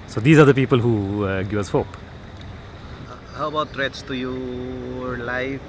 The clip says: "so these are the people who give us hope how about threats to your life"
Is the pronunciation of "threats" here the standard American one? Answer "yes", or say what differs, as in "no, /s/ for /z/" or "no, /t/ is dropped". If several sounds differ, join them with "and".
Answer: no, /t/ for /θ/